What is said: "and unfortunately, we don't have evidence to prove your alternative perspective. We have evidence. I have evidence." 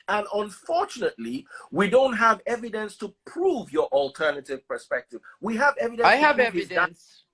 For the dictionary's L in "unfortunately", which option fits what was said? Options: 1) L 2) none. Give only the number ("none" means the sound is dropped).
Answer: 1